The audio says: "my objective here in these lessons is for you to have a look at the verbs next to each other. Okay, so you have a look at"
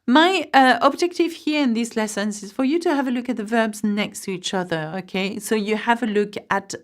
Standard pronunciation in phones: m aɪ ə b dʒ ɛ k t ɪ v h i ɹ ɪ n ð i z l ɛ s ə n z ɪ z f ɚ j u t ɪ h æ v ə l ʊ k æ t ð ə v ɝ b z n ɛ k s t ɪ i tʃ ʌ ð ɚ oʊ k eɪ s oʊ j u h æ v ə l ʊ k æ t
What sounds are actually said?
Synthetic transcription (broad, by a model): m aɪ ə b dʒ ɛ k t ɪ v h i ɹ ɪ n ð i z l ɛ s ə n z ɪ z f ɚ j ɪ t ɪ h v ə l ʊ k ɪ t ð ə v ɝ b z n ɛ k s t ɪ i tʃ ʌ ð ɚ oʊ k eɪ s oʊ j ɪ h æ v ə l ʊ k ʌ t